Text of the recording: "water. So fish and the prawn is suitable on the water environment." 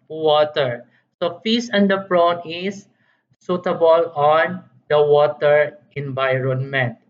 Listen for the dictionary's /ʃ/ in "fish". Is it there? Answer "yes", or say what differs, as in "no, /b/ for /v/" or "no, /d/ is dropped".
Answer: no, /s/ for /ʃ/